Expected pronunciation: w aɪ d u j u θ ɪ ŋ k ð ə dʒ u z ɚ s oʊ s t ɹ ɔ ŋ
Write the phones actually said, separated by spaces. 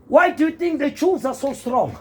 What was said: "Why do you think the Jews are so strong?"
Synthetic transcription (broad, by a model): w aɪ d u j u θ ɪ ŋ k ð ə tʃ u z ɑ s oʊ s t ɹ ɔ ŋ